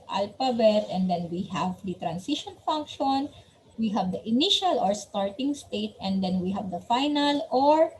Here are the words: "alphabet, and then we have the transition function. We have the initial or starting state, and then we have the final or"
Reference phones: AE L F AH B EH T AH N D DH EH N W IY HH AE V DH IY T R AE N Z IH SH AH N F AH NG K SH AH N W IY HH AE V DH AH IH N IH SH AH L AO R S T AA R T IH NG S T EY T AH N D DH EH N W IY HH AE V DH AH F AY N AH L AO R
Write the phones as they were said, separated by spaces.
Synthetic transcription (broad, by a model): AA L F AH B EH T AH N D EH N W IY HH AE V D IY T R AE N S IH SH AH N F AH NG K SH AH N W IY HH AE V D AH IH N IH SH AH L AO R S T AA R T IH NG S T EY T AH N D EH N W IY HH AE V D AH F AY N AH L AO R